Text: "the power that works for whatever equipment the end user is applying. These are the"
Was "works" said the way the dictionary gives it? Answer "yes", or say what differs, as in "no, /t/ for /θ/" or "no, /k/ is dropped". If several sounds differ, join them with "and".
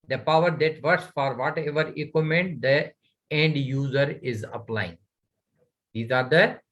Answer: no, /k/ is dropped